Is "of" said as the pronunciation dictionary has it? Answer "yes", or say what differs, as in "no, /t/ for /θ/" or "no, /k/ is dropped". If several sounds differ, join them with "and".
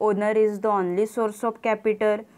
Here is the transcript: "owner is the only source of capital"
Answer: no, /p/ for /v/